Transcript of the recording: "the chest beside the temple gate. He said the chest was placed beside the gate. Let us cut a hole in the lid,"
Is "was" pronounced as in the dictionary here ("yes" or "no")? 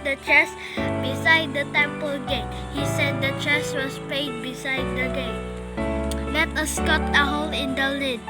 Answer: no